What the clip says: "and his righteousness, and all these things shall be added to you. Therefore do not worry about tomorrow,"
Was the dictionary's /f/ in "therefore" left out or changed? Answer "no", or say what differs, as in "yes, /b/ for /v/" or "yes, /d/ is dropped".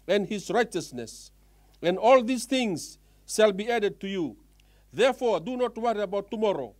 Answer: no